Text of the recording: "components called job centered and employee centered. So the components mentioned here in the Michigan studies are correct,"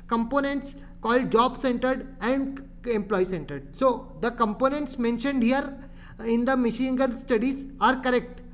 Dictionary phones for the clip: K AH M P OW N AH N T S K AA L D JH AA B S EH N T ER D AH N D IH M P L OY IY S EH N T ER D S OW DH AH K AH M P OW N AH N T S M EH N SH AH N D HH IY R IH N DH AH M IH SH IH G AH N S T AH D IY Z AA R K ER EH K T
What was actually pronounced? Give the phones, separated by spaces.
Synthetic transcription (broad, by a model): K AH M P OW N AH N T S K AA L D JH AA B S EH N T ER D AH N D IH M P L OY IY S EH N T ER D S OW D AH K AH M P OW N AH N T S M EH N SH AH N D HH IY R IH N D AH M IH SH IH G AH L S T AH D IY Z AA R K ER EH K T